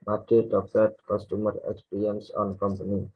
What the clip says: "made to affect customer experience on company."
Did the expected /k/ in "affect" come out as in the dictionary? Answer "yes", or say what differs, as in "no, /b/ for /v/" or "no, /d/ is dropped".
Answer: no, /k/ is dropped